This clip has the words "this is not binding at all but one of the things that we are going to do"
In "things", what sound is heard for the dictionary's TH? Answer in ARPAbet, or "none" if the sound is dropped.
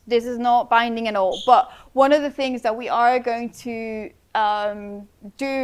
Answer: TH